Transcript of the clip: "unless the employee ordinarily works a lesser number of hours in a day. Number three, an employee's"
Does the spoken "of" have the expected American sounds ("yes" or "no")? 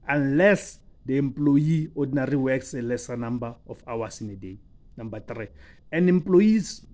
no